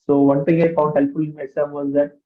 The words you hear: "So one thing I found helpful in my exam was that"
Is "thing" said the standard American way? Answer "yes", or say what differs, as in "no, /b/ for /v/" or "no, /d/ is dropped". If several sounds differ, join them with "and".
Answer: no, /t/ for /θ/